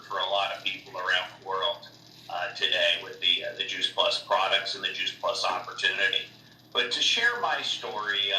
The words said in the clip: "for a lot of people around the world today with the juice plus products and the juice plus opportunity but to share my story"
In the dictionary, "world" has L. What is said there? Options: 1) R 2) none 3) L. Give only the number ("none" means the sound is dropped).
3